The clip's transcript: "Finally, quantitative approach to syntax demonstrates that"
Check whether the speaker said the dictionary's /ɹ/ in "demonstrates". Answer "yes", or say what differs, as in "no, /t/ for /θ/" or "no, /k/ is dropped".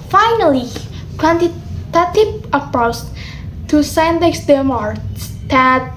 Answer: no, /ɹ/ is dropped